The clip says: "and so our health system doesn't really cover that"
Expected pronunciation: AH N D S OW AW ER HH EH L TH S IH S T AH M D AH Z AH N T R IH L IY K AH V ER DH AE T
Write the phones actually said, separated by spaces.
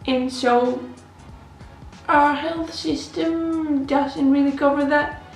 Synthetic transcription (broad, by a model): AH N S OW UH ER HH EH L TH S IH S T AH M D AH Z AH N T R IH L IY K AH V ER DH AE T